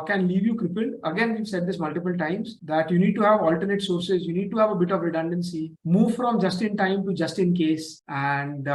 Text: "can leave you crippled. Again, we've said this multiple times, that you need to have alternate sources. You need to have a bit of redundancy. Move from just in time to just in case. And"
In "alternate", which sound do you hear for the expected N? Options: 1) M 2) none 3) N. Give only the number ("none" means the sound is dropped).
3